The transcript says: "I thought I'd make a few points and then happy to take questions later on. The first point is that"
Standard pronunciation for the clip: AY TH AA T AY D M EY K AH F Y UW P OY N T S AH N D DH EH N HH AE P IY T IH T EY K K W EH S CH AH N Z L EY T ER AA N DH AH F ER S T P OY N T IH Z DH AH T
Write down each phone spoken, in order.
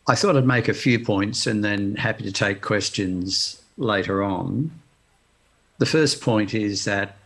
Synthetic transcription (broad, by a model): AY TH AA T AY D M EY K AH F Y UW P OY N T S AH N DH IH N HH AE P IY T IH T EY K K W EH S CH AH N Z L EY T ER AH N DH AH F ER S P OY N T IH Z DH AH T